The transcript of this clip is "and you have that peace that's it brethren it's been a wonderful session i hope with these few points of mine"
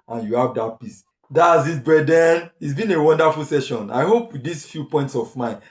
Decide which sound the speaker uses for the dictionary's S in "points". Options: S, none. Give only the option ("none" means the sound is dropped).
S